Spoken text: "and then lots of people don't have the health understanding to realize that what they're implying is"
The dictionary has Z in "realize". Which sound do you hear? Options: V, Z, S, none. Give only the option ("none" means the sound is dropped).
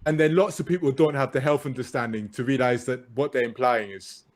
Z